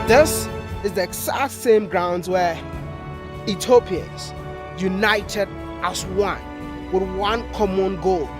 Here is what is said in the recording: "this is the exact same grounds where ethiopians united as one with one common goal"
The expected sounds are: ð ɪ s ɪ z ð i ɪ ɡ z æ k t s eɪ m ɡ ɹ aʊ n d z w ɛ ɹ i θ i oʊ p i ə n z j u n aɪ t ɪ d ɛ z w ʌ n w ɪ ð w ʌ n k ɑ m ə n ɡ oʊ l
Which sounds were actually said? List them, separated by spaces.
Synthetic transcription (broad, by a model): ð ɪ s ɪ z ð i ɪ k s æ t s eɪ m ɡ ɹ aʊ n d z w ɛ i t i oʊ p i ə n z j u n aɪ t ɪ d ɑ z w ʌ n w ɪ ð w ʌ n k ɑ m ə n ɡ oʊ l